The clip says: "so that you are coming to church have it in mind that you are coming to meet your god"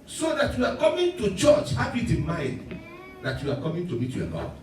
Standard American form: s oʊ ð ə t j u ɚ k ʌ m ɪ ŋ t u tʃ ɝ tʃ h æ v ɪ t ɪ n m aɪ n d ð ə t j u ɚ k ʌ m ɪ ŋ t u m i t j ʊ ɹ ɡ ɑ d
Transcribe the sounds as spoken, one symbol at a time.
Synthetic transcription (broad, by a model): s oʊ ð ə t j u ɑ k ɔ m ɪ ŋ t u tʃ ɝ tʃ h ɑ b ɪ t ɪ n m aɪ n d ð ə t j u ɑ k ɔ m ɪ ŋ t u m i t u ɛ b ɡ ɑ